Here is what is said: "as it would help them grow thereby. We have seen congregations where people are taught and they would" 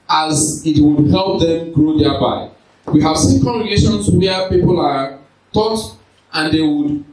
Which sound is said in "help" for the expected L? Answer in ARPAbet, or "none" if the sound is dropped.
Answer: L